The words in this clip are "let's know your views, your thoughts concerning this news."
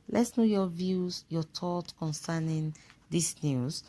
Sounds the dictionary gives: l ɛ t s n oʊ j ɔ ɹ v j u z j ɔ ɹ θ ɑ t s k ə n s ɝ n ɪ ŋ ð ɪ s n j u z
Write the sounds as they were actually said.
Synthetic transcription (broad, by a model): l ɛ t s n oʊ j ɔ v j u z j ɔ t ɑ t k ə n s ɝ n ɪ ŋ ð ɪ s n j u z